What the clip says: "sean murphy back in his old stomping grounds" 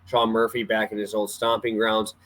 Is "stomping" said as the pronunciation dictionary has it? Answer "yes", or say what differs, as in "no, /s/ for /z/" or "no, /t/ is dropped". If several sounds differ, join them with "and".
yes